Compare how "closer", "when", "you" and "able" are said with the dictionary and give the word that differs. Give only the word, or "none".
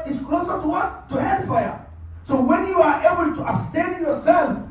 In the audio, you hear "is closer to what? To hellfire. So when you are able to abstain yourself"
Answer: none